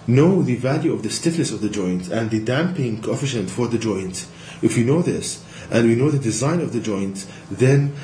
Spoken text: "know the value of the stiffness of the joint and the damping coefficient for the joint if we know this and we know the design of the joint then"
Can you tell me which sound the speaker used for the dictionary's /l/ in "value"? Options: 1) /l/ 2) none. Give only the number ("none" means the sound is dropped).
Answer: 1